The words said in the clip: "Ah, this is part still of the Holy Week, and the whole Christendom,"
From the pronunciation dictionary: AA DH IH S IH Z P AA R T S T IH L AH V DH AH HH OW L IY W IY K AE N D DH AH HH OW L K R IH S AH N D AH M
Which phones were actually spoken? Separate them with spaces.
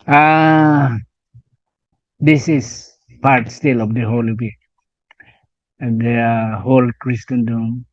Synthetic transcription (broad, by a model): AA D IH S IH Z P AA R T S T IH L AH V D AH HH OW L IY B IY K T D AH HH OW L K R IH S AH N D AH M